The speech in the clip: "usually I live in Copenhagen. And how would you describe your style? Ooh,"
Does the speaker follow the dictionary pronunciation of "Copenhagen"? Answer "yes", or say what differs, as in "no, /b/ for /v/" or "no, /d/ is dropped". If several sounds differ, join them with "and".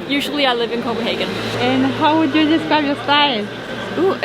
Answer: no, /b/ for /p/ and /n/ is dropped